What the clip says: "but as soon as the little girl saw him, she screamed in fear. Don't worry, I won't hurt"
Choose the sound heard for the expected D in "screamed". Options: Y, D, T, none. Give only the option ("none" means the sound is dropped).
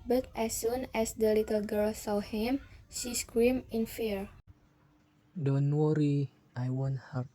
none